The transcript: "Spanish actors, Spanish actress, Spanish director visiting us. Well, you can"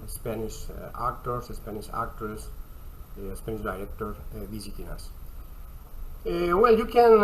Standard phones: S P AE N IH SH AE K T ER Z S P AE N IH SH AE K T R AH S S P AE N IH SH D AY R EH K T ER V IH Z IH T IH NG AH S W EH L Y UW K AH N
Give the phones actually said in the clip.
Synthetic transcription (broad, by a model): S P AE N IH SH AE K T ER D S P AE N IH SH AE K T AH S S P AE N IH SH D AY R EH K T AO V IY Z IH T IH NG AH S W EH L Y UW K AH N